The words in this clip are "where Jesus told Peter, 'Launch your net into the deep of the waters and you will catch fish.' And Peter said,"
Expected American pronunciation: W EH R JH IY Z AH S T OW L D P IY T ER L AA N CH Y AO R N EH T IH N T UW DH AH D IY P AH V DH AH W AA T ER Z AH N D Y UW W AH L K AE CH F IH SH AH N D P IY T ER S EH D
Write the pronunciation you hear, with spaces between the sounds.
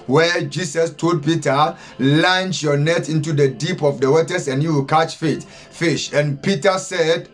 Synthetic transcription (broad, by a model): W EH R JH IY S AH S T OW D P IY T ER L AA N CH Y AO N EH T IH N T UW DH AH D IY P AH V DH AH W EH T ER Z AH N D Y UW W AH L K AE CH F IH SH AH N P IY T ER S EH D